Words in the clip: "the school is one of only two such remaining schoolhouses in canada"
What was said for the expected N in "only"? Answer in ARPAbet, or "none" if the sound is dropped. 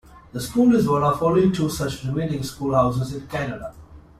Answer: none